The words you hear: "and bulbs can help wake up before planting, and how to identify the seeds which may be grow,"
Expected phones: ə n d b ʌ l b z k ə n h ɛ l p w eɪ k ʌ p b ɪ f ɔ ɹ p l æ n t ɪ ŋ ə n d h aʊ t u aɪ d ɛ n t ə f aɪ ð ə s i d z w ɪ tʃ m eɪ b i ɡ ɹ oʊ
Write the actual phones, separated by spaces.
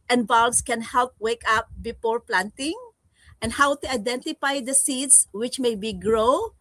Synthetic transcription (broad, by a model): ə n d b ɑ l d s k ə n h ɛ l p w eɪ k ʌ p b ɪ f ɔ ɹ p l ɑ n t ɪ ŋ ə n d h aʊ t u aɪ d ɛ n t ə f aɪ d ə s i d s w ɪ tʃ m eɪ b i ɡ ɹ oʊ